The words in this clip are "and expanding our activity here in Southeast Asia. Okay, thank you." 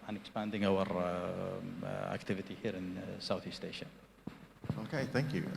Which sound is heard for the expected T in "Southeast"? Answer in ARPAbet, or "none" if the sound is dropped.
T